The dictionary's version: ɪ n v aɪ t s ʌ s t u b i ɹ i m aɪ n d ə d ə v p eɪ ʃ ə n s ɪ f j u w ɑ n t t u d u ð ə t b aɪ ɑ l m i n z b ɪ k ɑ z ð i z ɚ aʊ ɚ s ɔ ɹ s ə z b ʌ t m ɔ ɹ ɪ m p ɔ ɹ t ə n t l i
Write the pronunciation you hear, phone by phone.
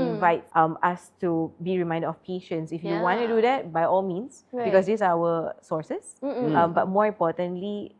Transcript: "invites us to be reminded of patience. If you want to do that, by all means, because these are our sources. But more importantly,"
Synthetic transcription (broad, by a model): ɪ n v aɪ t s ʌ s t u b i ɹ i m aɪ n d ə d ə f p eɪ ʃ ə n s ɪ f j u w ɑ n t t u d u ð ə t b aɪ ɑ l m i n s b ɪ k ɑ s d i s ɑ aʊ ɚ s ɔ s s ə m b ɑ t m ɔ ɹ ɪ m p ɔ t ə n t l i